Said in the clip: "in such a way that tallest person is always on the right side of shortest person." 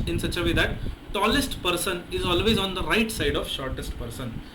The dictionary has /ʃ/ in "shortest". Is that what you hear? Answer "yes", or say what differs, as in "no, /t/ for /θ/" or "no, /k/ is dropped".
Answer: yes